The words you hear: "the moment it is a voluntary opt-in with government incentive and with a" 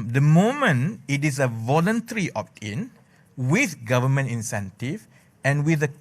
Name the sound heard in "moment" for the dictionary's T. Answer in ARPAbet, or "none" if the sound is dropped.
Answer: none